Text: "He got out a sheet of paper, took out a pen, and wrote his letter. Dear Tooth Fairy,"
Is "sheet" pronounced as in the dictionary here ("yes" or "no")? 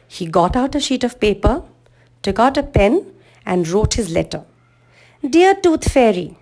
yes